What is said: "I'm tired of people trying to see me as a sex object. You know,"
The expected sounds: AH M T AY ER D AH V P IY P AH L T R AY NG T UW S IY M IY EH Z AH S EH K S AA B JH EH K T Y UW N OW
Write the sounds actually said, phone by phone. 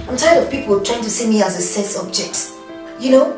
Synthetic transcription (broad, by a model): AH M T AY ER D AH V P IY P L T R AY NG T UW S IY M IY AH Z AH S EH S AA B JH EH K T Y UW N OW